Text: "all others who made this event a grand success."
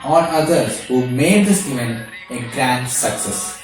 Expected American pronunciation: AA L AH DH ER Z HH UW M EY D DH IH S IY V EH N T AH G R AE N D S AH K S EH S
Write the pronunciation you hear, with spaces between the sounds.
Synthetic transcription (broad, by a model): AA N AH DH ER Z HH UW M EY D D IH S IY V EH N AH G R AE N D S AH K S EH S